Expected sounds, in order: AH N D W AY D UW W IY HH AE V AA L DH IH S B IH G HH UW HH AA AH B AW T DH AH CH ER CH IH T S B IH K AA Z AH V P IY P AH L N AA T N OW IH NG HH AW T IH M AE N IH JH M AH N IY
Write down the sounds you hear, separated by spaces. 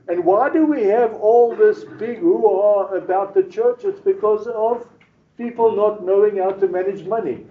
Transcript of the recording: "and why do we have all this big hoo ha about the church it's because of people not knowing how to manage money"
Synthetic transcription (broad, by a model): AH N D W AY D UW W IY HH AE V AA L DH IH S B IH G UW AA AH B AW T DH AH CH ER CH IH T S B IH K AA Z AH V P IY P AH L N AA T N OW IH NG HH AW T IH M AE N IH JH M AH N IY